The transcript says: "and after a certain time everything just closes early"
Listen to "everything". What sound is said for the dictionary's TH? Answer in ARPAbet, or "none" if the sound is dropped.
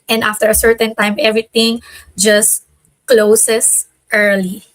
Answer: T